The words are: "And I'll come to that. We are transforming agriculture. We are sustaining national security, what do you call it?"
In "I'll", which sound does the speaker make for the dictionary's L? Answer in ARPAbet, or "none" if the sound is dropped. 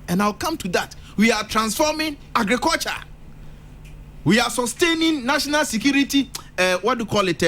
W